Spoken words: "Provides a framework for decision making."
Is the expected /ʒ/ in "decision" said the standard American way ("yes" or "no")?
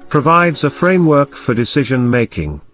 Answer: yes